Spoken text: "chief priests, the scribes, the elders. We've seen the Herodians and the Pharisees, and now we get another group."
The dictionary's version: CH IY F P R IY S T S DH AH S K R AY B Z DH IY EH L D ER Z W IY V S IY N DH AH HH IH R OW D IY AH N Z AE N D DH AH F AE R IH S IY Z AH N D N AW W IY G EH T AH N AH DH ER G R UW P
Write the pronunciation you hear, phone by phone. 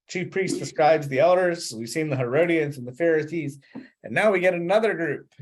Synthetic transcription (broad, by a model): CH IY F P R IY S T S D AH S K R AY B Z DH IY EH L D ER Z W IY V S IY N DH AH HH IH R OW D IY AH N Z N DH AH F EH R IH S IY Z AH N N AW W IY G EH T AH N AH DH ER G R UW P